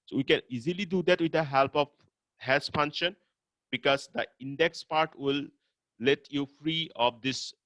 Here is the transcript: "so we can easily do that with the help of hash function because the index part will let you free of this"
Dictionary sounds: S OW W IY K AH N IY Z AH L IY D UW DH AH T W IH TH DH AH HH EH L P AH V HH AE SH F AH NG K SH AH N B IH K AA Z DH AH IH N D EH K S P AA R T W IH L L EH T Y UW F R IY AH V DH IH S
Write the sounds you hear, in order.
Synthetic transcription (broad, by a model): S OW W IY K AH N IY Z AH L IY D UW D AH T W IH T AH HH EH L P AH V HH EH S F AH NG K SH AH N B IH K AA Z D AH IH N D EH K S P AA R T W IH L L EH T Y UW F R IY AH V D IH S